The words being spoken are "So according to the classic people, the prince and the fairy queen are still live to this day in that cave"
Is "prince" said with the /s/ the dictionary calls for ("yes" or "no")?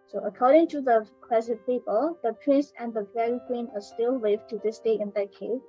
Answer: yes